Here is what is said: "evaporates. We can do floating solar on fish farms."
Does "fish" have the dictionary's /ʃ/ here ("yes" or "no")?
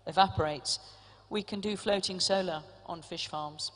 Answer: yes